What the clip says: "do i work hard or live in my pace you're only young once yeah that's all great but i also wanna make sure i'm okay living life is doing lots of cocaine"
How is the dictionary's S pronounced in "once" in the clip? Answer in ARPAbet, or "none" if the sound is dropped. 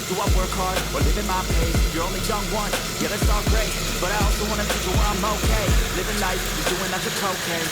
none